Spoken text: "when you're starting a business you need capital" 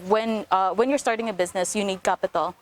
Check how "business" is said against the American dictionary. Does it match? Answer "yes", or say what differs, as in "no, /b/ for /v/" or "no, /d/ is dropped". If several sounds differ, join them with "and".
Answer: yes